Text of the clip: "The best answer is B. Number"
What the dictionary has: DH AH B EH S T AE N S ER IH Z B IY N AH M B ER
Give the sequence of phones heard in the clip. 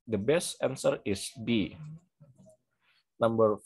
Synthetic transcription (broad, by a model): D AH B EH S T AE N S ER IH S B IY N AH M B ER